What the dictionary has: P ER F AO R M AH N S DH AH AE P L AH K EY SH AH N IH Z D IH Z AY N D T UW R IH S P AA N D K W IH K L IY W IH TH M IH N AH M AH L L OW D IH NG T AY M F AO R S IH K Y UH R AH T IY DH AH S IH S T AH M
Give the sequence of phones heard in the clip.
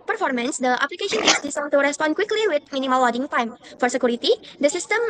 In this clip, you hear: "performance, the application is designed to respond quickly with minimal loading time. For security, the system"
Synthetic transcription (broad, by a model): P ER F AO R M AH N S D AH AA P L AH K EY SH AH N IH S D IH S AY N T UW R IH S P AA N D K W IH K L IY W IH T M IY N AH M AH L W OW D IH NG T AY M F AO R S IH K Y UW R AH T IY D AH S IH S T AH M